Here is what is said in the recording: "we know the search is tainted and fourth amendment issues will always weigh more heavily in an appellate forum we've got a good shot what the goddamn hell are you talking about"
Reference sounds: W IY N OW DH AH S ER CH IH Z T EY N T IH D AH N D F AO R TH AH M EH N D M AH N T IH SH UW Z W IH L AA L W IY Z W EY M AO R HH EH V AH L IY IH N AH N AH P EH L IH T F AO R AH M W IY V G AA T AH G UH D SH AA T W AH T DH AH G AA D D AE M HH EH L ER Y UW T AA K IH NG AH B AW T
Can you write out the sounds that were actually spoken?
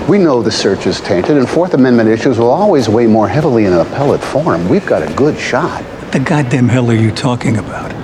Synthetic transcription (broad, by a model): W IY N OW DH AH S ER CH IH Z T EY N T IH D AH N F AO R TH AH M EH N M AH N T IH SH UW Z W IH L AA L W IY Z W EY M AO R HH EH V L IY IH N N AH P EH L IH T F AO R M W IY V G AA T AH G UH D SH AA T T DH AH G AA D D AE M HH EH L ER Y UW T AA K IH NG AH B AW T